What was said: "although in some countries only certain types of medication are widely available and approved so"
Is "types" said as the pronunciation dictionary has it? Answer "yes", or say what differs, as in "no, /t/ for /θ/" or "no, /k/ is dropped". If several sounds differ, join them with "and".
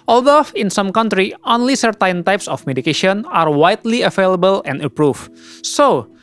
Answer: yes